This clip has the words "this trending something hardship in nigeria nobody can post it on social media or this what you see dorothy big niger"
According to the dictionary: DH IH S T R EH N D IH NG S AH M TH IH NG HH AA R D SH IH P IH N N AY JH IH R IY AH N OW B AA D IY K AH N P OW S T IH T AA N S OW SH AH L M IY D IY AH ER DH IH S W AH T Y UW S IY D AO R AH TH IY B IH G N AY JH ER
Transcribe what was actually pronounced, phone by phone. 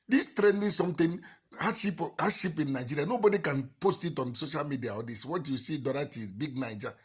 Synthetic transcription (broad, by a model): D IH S T R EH N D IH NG S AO M T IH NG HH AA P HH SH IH P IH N N AY JH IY R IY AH N OW B AA D IY K AH N P OW S T IH T AA N S OW SH AH L M IY D IY AH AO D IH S W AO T Y UW S IY D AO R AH T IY B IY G N AY JH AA